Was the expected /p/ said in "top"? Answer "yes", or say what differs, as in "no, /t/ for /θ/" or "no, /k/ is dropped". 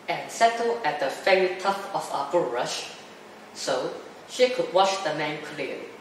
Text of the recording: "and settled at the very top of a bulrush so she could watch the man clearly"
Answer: no, /f/ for /p/